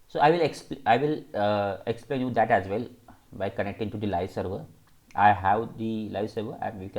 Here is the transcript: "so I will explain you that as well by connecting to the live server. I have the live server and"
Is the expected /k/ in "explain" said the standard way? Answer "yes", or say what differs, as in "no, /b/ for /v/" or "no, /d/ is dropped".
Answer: yes